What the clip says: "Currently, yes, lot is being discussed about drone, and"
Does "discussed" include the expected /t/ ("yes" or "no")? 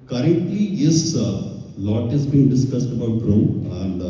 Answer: yes